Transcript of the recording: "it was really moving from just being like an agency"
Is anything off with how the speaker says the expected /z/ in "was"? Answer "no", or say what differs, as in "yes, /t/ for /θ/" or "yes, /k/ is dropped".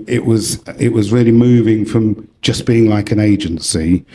no